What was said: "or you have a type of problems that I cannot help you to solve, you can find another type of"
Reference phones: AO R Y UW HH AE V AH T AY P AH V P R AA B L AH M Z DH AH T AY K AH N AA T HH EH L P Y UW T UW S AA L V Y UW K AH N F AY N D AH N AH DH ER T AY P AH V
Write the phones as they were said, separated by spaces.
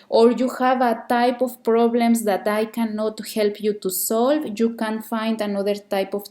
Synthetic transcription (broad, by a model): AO R Y UW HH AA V AH T AY P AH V P R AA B L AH M S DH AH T AY K AH N AA T HH EH L P Y UW T UW S AA L V Y UW K AH N F AY N D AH N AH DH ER T AY P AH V